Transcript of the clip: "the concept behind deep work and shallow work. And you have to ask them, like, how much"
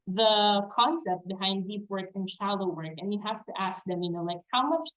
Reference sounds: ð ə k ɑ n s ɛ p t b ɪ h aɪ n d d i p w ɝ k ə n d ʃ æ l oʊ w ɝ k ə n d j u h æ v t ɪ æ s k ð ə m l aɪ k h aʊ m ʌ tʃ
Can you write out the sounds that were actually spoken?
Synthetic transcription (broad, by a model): ð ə k ɑ n s ɛ p t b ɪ h aɪ n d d i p w ɝ k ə n ʃ æ l oʊ w ɝ k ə n j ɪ h æ f t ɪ æ s k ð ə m l aɪ k h aʊ m ʌ tʃ